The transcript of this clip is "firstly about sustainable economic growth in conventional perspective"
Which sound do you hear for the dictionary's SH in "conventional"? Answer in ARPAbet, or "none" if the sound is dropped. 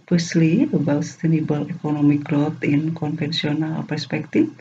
S